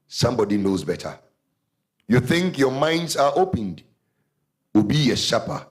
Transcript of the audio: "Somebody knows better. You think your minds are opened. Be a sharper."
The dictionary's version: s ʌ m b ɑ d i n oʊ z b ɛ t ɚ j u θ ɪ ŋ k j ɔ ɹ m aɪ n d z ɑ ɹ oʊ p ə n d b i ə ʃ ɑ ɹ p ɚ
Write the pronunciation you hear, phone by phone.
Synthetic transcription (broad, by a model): s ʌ m b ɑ d i n oʊ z b ɛ t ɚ j u θ ɪ ŋ k j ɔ m aɪ n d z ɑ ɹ oʊ p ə n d b i ə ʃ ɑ p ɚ